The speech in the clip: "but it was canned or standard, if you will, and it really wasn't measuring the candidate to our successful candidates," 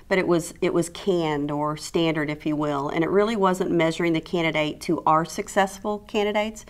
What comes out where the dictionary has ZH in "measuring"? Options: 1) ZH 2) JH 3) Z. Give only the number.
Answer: 1